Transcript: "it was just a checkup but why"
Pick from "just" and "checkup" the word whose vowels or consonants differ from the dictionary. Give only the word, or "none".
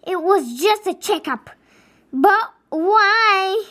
none